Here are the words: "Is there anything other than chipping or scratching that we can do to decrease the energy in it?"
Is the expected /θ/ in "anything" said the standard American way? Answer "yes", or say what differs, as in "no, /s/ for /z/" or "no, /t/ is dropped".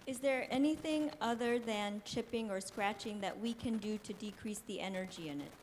yes